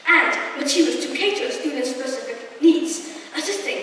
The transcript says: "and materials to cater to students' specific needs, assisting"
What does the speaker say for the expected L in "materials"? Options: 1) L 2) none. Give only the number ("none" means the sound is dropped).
2